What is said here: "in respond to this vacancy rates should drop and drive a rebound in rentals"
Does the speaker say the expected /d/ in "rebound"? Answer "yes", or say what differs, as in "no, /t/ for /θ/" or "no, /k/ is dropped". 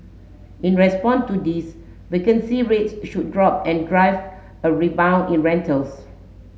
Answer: no, /d/ is dropped